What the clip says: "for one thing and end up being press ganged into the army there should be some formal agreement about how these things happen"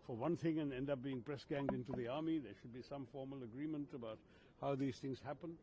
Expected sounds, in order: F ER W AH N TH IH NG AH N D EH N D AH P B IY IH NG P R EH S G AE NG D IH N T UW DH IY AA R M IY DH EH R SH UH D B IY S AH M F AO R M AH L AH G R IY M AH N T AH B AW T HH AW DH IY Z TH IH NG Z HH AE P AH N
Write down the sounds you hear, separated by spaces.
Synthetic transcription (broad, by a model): F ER W AH N TH IH NG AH N EH N D AH P B IY IH NG P R EH S G AE NG D IH N T UW DH IY AA R M IY DH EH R SH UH D B IY S AH M F AO R M AH L AH G R IY M AH N T AH B AW T HH AW DH IY Z TH IH NG Z HH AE P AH N